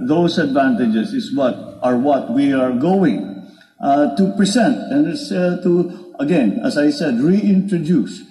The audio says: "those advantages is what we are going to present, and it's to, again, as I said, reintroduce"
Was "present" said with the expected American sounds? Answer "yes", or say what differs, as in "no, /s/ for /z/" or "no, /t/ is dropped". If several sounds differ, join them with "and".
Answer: no, /s/ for /z/